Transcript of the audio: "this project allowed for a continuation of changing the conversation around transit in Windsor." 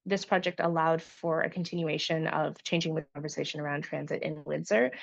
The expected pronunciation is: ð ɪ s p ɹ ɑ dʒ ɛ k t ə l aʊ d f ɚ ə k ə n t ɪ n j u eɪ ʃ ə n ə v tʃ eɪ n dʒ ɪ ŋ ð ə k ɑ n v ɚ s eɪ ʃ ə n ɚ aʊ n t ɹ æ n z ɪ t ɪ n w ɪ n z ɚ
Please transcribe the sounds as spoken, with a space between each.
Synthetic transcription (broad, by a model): ð ɪ s p ɹ ɑ dʒ ɛ k t ə l aʊ d f ɚ ə k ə n t ɪ n j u eɪ ʃ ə n ə v tʃ eɪ n dʒ ɪ ŋ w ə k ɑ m v ɚ s eɪ ʃ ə n ɚ aʊ n t ɹ æ n z ɪ t ɪ n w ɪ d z ɚ